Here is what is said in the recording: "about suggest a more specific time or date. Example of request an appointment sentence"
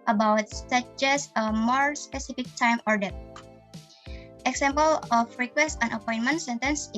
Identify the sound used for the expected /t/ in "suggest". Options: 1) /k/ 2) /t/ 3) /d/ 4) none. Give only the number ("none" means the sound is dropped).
4